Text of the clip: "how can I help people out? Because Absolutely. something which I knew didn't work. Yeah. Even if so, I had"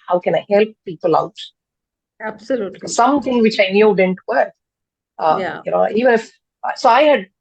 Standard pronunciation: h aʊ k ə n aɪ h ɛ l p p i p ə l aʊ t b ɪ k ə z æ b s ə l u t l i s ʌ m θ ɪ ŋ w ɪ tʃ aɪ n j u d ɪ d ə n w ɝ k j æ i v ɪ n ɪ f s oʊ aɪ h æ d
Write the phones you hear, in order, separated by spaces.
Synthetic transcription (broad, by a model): h aʊ k ə n aɪ h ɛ l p p i p ə l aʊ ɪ ə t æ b s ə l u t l s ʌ m t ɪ ŋ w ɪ tʃ aɪ n j u d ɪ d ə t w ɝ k j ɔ i v ɪ n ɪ f s oʊ aɪ h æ d